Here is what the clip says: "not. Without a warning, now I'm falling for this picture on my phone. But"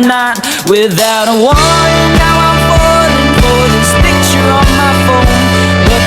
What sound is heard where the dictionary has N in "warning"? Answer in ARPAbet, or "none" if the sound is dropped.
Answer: none